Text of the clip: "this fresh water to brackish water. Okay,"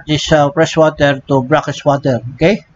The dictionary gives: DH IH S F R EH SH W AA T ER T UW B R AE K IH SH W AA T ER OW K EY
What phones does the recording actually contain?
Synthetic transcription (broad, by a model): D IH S P R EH S W AA T ER T UW B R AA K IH S W AA T ER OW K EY